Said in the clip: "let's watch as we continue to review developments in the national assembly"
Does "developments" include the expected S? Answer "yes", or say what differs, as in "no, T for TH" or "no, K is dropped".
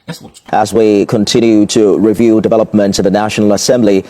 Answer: no, S is dropped